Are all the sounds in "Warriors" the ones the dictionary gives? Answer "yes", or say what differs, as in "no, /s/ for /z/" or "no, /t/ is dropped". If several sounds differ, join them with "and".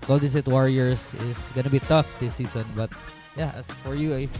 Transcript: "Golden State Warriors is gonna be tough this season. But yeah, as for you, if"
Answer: no, /s/ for /z/